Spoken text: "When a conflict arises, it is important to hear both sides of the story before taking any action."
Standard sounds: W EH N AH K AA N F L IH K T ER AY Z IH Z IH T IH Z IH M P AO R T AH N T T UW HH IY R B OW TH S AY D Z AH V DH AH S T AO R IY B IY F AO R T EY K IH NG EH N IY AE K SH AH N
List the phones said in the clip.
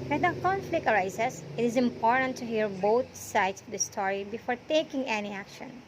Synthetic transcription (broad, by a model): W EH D AH K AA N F L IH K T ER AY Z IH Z IH T IH Z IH M P AO R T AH N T T UW HH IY R B OW T S AY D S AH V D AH S T AO R IY B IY F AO R T EY K IH NG EH N IY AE K SH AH N